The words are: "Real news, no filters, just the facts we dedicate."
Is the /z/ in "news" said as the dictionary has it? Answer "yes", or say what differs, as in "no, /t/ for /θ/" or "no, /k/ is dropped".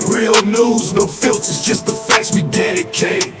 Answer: yes